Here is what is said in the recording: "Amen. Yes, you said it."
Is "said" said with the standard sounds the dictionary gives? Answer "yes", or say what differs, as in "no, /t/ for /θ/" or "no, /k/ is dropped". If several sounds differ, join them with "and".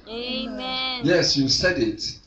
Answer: yes